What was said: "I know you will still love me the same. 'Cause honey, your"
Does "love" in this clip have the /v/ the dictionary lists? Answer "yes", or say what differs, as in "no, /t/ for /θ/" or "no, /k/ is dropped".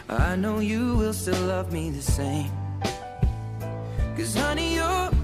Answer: yes